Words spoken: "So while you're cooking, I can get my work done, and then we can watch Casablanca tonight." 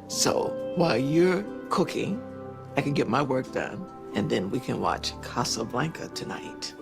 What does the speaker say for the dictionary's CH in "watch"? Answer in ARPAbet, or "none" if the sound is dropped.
CH